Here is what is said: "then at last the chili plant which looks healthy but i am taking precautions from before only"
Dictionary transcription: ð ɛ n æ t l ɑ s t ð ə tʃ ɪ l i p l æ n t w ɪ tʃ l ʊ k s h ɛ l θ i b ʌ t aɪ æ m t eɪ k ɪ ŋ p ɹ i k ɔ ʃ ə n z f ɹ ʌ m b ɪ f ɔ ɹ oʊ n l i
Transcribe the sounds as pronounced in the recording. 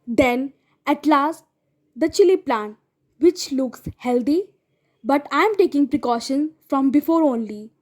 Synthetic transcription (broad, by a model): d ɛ n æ t l ɑ s t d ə tʃ ɪ l i p l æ n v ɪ tʃ l ʊ k s h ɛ l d i b ʌ t aɪ m t eɪ k ɪ ŋ p ɹ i k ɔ ʃ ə n f ɹ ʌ m b ɪ f ɔ ɹ oʊ n l i